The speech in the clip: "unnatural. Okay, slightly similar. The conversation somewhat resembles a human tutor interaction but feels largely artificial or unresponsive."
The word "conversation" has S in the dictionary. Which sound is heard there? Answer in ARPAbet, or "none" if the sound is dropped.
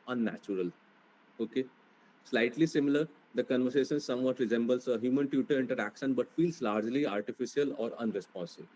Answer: S